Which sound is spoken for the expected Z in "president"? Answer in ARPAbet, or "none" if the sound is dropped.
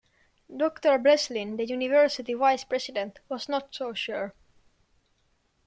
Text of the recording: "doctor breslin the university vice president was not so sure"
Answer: S